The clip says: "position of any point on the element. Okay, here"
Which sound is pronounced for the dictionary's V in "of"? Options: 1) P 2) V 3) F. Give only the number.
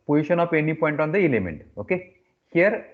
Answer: 1